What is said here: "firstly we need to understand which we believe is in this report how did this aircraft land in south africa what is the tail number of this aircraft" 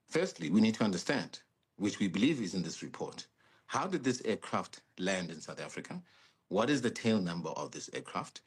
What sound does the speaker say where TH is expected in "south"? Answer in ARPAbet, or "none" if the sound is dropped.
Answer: TH